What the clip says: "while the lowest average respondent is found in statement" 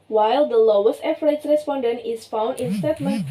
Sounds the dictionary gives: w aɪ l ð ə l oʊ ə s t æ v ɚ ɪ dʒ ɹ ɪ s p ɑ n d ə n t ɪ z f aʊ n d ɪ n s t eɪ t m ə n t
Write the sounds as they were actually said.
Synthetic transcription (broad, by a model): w aɪ l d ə l oʊ ə s t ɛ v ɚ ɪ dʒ ɹ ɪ s p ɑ n d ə n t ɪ s f aʊ n d ɪ n s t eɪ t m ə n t